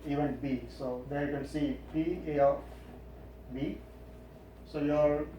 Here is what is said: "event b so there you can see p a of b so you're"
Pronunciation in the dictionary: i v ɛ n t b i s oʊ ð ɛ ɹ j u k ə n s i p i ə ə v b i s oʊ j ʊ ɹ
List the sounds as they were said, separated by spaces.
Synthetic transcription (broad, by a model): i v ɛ n b i s oʊ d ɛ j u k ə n s i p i ə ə f b i s oʊ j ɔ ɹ